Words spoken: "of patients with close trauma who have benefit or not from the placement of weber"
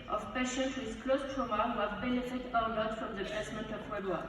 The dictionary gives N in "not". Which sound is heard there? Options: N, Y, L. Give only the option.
L